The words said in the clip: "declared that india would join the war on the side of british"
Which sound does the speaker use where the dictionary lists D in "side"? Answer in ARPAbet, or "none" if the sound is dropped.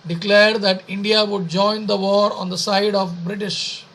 D